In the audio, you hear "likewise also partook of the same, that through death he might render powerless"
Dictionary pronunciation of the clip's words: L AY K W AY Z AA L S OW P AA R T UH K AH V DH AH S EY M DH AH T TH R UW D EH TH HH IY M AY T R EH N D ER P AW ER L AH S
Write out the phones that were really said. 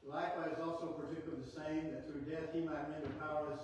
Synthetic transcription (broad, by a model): L AY K W AY Z AA L S OW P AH R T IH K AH DH AH S EY M DH AH T TH R UW D EH TH HH IY M AY T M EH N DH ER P AW ER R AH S